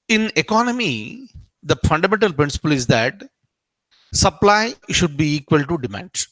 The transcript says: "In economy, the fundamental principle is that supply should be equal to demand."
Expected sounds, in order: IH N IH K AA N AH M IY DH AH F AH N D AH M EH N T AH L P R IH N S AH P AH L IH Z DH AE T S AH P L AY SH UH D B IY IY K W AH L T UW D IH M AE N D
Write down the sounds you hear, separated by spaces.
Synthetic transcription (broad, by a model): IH N IH K AA N AH M IY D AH F AH N D AH M EH N T AH L P R IH N S AH P AH L IH Z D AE T S AH P L AY SH UH D B IY IY K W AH L T UW D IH M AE N D